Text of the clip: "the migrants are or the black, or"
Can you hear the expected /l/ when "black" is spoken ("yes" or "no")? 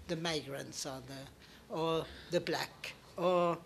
yes